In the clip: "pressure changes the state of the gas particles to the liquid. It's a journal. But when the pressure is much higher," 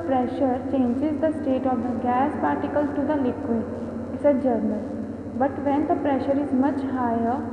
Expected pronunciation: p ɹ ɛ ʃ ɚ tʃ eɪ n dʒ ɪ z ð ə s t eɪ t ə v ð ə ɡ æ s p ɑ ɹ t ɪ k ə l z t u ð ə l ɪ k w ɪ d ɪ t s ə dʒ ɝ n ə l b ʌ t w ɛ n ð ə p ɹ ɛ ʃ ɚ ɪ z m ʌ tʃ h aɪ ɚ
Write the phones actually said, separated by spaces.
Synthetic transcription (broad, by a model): p ɹ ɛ ʃ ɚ tʃ eɪ n dʒ ɪ z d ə s t eɪ t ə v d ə ɡ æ s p ɑ ɹ t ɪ k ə l t u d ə l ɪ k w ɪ ɪ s ə dʒ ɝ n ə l b ʌ t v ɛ n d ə p ɹ ɛ ʃ ɚ ɪ z m ʌ tʃ h aɪ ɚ